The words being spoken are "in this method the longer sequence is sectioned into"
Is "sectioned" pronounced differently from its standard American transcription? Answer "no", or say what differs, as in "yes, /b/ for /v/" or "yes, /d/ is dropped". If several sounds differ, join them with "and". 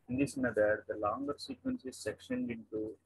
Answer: no